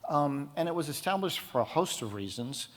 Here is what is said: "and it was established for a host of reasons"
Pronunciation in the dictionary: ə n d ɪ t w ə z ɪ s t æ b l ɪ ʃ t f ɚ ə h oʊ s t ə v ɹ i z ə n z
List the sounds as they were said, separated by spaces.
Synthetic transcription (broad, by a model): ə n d ɪ t w ə z ɪ s t æ b l ɪ ʃ t f ɚ ə h oʊ s t ə v ɹ i z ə n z